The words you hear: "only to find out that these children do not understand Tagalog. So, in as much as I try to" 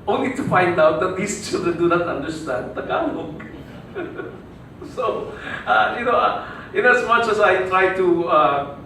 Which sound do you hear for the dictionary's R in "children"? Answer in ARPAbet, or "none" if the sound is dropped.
none